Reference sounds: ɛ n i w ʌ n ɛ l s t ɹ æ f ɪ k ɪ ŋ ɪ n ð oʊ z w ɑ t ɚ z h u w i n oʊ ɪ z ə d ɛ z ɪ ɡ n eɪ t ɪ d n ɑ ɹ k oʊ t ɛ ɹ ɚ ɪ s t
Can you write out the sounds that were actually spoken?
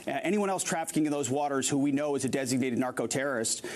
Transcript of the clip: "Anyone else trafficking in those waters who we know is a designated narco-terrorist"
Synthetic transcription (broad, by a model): ɛ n i w ʌ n ɛ l s t ɹ æ f ɪ k ɪ ŋ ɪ n ð oʊ z w ɑ t ɚ z h u w i n oʊ ɪ z ə d ɛ z ɪ ɡ n eɪ t ɪ d n ɑ ɹ k oʊ t ɛ ɹ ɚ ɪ s t